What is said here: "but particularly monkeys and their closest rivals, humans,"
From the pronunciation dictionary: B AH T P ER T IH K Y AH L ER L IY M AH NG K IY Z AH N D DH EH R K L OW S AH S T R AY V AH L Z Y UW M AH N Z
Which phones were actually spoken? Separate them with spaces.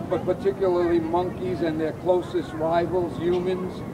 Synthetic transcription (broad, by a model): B AH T P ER T IH K Y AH L ER L IY M AH NG K IY Z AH N DH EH R K L OW S AH S T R AY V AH L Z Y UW M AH N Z